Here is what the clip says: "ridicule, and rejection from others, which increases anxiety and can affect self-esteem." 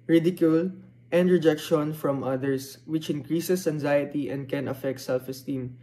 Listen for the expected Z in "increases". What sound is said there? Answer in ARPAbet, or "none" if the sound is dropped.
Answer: S